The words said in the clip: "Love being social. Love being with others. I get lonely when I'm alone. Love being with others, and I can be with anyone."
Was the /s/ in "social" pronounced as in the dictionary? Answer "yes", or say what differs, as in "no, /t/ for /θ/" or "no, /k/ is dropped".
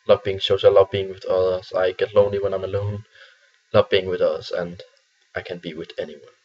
no, /ʃ/ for /s/